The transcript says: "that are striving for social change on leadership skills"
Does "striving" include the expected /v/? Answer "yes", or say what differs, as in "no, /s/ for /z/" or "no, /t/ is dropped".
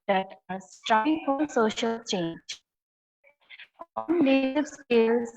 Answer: no, /v/ is dropped